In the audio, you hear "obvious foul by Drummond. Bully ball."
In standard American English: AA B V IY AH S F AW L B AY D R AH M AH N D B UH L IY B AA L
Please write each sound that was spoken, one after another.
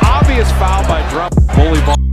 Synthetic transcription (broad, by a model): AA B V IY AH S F AW N B AY D R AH AH B UH L IY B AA